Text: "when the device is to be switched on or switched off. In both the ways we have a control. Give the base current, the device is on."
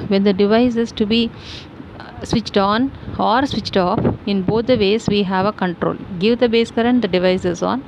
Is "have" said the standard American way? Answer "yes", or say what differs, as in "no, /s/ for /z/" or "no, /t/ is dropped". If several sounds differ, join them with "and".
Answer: yes